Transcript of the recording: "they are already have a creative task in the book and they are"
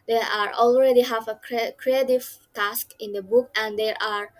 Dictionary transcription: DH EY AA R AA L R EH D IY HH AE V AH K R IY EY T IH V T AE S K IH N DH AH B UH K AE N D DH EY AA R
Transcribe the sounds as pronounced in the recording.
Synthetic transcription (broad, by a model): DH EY AA R AA L R EH D IY HH AE V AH K R IY EY T IH V T AE S K IH N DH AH B UH K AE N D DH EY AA R